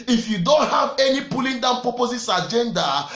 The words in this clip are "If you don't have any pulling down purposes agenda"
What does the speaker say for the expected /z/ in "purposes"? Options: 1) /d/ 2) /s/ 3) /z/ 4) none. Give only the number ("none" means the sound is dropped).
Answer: 2